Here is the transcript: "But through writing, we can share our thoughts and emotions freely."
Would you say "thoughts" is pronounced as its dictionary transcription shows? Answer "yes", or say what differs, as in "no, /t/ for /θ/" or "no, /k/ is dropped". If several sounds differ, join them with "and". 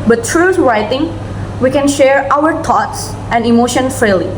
no, /t/ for /θ/